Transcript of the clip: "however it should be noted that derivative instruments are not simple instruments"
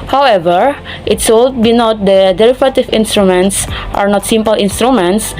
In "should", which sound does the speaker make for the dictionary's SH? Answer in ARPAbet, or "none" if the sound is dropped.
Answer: S